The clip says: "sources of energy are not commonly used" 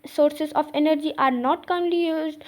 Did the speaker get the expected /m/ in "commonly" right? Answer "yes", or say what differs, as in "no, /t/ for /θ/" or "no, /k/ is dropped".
no, /m/ is dropped